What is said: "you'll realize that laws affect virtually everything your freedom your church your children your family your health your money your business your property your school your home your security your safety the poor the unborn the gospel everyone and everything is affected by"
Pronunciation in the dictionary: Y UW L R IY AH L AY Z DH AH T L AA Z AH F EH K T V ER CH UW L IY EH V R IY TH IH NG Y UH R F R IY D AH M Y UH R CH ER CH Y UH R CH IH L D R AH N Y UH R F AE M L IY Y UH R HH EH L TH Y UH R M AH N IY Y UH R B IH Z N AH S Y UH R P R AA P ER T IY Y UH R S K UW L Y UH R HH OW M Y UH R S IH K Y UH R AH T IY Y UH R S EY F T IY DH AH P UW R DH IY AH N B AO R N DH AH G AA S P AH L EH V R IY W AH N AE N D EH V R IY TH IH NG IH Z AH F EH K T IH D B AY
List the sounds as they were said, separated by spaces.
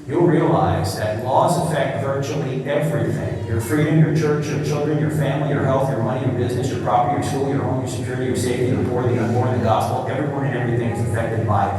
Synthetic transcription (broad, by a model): Y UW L R IY AH L AY Z DH AH T L AA Z AH F EH K T V ER CH UW L IY EH V R IY TH IH NG Y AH R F R IY D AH M Y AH R CH ER CH Y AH R CH IH L D R AH N Y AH R F AE M L IY Y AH R HH EH L TH Y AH R M AH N IY Y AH R B IH Z N AH S Y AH R P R AA P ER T IY Y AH R S K UW L Y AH R HH OW M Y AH R S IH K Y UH R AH T IY Y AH R S EY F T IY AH B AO R DH IY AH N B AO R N DH AH G AA S P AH L EH V R IY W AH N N EH V R IY TH IH NG IH Z AH F EH K T IH D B AY